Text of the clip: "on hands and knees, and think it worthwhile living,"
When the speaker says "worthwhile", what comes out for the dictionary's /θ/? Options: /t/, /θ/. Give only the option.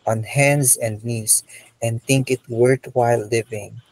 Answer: /t/